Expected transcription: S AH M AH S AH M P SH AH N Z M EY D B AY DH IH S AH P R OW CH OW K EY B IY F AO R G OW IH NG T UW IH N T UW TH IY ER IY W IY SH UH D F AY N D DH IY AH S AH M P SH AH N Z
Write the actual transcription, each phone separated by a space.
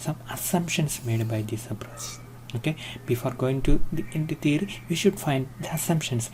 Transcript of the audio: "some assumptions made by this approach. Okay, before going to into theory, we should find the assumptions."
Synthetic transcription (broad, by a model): S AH M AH S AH M P SH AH N S M EY D B AY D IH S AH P R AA S OW K EY B IY F AO R G OW IH NG T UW IH N T UW T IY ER IY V IY SH UH D F AY N D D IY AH S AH M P SH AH N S